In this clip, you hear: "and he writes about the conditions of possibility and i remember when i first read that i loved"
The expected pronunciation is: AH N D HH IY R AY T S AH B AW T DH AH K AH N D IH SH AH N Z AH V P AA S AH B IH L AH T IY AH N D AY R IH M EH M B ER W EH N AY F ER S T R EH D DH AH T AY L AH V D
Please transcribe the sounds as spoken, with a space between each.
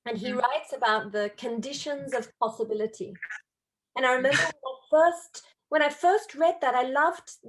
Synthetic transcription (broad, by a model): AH N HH IY R AY T S AH B AW T DH AH K AH N D IH SH AH N Z AH V P AA S AH B IH L AH T IY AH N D AY R IH M EH M B ER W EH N AY F ER S T R EH D DH AH T AY L AH V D